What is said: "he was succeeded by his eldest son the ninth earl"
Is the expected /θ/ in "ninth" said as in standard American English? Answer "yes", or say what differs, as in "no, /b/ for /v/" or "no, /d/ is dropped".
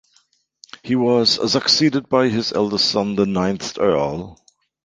yes